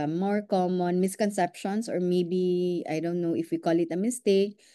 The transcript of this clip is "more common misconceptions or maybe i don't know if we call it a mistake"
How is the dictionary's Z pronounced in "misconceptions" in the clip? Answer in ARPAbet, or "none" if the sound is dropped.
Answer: S